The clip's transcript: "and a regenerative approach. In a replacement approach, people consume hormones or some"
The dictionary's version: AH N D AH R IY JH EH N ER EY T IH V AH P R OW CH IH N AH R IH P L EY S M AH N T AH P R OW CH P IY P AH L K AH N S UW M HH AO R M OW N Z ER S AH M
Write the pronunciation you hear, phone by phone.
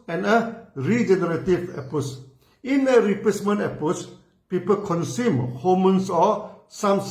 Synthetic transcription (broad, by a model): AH N AH R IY JH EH N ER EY T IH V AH P OW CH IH N AH R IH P EY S M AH N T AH P OW S P IY P AH L K AH N S UW M HH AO M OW N S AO S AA M